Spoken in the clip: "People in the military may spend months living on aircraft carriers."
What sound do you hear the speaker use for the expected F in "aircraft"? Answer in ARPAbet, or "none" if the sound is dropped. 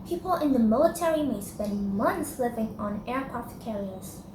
none